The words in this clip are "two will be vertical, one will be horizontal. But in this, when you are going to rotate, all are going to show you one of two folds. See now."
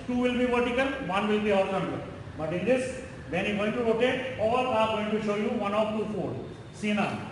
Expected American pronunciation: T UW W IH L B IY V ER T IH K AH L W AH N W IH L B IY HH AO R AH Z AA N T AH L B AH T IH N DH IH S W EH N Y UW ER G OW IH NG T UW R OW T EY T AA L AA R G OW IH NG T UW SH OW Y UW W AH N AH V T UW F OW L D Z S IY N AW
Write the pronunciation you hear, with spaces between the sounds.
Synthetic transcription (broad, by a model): T UW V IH L B IY V ER T IH K AH L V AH N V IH L B IY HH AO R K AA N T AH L B AH T IH N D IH S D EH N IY G OW IH NG T UW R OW T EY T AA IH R G OW IH NG T UW SH OW Y UW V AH N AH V T UW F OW D S IY N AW